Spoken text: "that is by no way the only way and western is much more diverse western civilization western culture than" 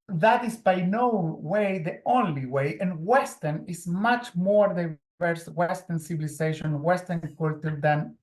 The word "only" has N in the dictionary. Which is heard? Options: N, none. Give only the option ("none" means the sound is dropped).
N